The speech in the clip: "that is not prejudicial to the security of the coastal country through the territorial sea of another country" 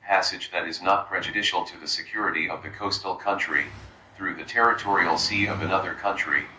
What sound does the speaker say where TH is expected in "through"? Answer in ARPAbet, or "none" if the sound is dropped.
TH